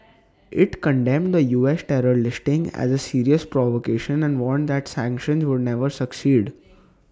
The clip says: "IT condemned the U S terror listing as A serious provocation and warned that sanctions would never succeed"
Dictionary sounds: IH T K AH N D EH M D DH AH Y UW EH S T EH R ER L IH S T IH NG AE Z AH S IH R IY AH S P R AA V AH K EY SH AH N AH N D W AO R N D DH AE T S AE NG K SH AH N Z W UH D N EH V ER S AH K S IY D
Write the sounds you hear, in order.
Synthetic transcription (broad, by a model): IH T K AH N D EH M D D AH Y UW EH S T EH R ER L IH S T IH NG AE Z AH S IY R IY AH S P R AA V AH K EY SH AH N AH N D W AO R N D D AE T S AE NG K SH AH N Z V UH D N EH V ER S AH K S IY D